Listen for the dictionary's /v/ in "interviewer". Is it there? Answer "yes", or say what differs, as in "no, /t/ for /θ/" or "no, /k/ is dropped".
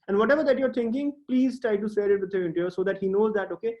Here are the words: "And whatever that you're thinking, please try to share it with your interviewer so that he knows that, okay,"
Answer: no, /v/ is dropped